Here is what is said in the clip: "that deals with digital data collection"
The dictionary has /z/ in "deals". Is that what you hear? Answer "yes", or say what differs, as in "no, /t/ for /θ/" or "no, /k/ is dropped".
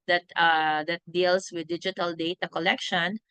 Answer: no, /s/ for /z/